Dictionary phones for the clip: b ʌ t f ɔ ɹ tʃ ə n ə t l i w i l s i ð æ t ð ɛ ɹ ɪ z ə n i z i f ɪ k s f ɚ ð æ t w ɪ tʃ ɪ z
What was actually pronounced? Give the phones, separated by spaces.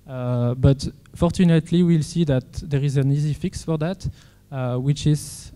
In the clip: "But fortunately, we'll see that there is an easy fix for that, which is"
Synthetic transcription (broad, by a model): b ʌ t f ɔ ɹ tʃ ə n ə t l i w i l s i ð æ t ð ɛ ɹ ɪ z ə n i z i f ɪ k s f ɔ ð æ t w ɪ tʃ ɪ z